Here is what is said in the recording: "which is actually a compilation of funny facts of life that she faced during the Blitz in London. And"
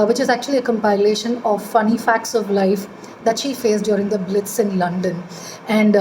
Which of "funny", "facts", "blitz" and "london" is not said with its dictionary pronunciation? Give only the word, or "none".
none